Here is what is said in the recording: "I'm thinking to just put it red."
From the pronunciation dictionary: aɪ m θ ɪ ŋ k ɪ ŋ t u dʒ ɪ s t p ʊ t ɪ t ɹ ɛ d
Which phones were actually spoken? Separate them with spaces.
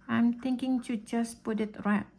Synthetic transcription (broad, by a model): aɪ m t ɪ ŋ k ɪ ŋ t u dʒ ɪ s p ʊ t ɪ t ɹ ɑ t